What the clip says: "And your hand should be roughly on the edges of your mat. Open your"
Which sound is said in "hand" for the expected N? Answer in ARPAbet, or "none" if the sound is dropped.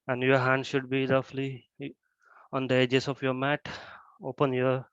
N